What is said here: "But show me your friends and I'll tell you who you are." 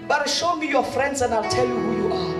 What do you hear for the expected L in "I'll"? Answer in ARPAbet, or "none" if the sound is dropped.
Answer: L